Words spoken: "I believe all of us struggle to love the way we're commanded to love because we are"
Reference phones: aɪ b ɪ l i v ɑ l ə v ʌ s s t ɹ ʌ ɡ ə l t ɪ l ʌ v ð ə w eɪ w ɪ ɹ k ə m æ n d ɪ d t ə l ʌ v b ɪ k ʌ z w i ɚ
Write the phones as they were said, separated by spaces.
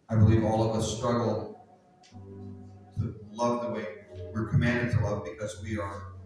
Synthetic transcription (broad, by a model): aɪ b ɪ l i v ɑ l ə v ʌ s s t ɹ ʌ ɡ l t ɪ l ʌ v ð ə w eɪ w ɪ ɹ k ə m æ n d ɪ d t ə l ʌ v b ɪ k ʌ z w i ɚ